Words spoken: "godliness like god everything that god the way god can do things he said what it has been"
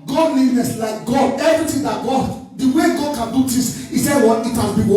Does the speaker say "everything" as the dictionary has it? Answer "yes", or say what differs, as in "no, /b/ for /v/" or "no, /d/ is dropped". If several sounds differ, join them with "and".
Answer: no, /t/ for /θ/